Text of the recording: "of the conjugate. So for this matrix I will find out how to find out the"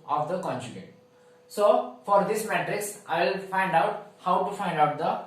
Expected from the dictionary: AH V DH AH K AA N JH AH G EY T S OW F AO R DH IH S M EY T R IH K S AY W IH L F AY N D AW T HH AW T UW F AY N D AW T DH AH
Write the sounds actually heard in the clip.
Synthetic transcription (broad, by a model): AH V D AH K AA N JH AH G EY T S OW F AO R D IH S M EY T R IH K S AY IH L F AY N D AW T HH AW T UW F AY N D AW T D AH